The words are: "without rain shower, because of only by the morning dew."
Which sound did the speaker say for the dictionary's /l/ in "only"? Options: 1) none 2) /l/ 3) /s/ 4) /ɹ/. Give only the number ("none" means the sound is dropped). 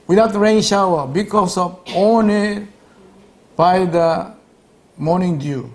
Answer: 1